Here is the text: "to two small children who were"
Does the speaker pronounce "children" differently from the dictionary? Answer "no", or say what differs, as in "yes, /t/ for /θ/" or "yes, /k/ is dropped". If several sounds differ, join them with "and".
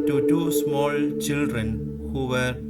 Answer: no